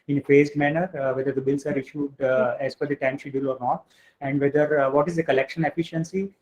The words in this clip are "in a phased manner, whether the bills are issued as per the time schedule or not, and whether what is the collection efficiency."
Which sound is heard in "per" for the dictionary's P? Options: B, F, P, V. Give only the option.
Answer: F